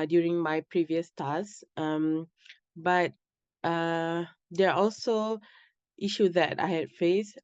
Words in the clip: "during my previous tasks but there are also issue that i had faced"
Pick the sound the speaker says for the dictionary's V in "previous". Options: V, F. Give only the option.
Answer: V